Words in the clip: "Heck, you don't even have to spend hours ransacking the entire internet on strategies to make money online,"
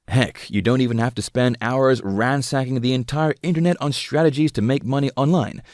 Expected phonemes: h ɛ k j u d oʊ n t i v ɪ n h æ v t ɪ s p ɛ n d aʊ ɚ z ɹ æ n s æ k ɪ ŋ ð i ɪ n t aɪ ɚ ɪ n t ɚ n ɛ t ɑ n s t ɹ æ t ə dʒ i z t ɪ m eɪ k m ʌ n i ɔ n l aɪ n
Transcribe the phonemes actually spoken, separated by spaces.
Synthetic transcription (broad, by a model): h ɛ k j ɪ d oʊ n t i v ɪ n h æ f t ɪ s p ɛ n d aʊ ɚ z ɹ æ n s æ k ɪ ŋ ð i ɪ n t aɪ ɚ ɪ n t ɚ n ɛ t n s t ɹ æ t ə dʒ i z t ɪ m eɪ k m ʌ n i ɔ n l aɪ n